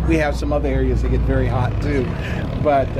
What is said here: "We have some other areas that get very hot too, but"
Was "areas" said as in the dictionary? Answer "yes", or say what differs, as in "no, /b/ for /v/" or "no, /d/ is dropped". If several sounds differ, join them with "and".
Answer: yes